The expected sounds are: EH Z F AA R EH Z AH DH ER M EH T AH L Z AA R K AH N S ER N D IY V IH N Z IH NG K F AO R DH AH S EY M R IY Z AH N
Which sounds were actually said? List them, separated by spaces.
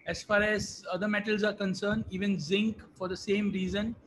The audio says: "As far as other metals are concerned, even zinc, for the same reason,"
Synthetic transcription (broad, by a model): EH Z F AA R EH Z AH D ER M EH T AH L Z AA R K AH N S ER N D IY V IH N Z IH NG K F AO R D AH S EY M R IY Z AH N